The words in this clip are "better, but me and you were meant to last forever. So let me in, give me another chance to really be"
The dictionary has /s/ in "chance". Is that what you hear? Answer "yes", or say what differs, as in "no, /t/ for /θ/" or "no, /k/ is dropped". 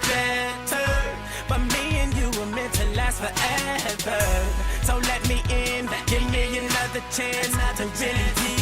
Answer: no, /s/ is dropped